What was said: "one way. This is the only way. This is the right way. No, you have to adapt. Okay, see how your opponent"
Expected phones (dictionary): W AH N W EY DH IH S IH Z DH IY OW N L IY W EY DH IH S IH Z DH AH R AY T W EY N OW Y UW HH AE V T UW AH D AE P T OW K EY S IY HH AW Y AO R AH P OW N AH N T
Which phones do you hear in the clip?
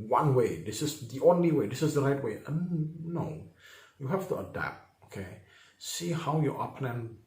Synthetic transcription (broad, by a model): W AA N W EY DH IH S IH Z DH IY OW N L IY W EY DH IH S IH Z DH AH R AY T W EY N OW Y UW HH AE F T UW AH D AE P T OW K EY S IY HH AW Y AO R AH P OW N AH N